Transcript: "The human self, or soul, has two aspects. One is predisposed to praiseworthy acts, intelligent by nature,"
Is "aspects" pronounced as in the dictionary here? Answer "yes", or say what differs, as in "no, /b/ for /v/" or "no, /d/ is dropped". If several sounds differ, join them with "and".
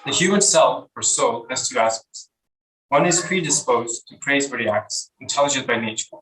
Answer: no, /p/ is dropped